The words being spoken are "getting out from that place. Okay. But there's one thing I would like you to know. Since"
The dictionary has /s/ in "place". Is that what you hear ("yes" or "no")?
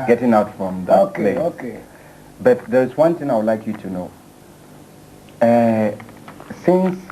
no